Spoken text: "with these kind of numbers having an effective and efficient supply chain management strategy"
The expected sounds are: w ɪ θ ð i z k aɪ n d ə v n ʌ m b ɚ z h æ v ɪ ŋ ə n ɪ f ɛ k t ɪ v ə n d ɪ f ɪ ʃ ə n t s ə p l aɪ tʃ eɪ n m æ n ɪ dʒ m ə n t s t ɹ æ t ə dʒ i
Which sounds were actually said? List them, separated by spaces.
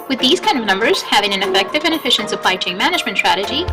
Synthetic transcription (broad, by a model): w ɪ ð i z k aɪ n d ə v n ʌ m b ɚ z h æ v ɪ ŋ ə n ɪ f ɛ k t ɪ v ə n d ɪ f ɪ ʃ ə n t s ə p l aɪ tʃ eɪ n m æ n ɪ dʒ m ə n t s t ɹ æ t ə dʒ i